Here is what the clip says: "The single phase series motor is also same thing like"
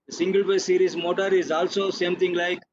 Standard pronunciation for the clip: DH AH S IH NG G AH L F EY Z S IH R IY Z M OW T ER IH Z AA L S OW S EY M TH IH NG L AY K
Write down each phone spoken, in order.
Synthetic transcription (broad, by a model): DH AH S IH NG G AH L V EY S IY R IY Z M OW T ER IH Z AA L S OW S EY M T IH NG L AY K